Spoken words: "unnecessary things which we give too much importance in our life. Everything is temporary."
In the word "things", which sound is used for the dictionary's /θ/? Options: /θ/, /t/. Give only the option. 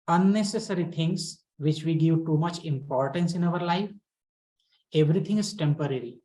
/t/